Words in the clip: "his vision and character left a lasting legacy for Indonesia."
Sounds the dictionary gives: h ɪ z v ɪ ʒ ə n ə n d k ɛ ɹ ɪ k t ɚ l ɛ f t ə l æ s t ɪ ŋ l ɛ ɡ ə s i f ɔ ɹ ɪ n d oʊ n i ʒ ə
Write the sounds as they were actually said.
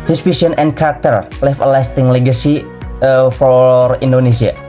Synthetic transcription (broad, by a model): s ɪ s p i s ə n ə n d k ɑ ɹ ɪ k t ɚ l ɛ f ə l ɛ s t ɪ ŋ l ɛ ɡ ə s i f ɔ ɹ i n d oʊ n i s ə